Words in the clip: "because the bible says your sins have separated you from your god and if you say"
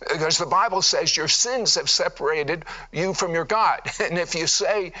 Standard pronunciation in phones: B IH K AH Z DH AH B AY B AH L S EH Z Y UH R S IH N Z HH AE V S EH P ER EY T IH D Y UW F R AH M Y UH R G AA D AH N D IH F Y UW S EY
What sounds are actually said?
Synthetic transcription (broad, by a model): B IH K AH Z DH AH B AY B L S EH Z Y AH R S IH N Z HH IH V S EH P ER EY T IH D Y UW F R AH M Y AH R G AA D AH N IH F Y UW S EY